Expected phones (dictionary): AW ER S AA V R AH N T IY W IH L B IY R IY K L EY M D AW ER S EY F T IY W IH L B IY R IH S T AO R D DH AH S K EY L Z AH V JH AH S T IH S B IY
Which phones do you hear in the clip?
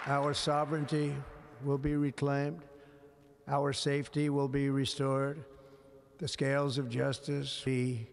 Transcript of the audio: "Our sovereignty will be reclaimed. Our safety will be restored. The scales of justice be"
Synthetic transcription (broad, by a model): AW ER S AA V R AH N T IY W IH L B IY R IY K L EY M D AW ER S EY F T IY W IH L B IY R IH S T AO R D DH AH S K EY L Z AH V JH AH S T IH S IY